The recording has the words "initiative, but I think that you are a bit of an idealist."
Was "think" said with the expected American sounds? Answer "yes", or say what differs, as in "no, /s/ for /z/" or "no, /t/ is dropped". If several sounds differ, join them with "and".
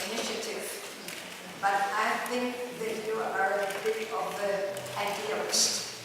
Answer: no, /t/ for /θ/